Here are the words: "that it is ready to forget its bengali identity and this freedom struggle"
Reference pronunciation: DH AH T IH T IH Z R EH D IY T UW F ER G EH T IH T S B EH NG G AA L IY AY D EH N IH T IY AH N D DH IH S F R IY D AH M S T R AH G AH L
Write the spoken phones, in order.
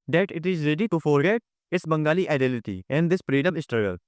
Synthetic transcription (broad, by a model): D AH T IH T IH Z R EH D IY T UW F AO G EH T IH S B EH NG G AA L IY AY D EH L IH T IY AH N D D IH S P R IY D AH M S T R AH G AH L